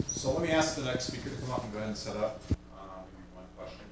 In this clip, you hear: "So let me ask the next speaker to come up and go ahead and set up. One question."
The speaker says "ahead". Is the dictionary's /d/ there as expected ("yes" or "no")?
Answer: no